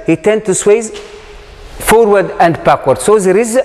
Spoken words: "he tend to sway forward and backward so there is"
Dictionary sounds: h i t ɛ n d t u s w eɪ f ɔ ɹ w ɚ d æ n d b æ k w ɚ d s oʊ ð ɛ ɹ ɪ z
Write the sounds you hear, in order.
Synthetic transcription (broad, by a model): h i t ɛ n d t u s w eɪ f ɔ ɹ w ɚ d æ n d b æ k w ɚ d s oʊ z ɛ ɹ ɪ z